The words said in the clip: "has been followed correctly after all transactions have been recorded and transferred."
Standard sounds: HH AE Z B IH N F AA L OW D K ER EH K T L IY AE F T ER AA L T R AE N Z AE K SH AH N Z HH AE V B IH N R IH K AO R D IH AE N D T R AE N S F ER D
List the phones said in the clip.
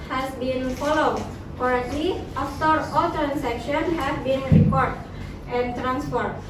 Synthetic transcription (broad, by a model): HH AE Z B IH N F AA L OW D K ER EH T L IY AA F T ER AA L T R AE N S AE K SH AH N HH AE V B IH N R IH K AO R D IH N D T R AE N S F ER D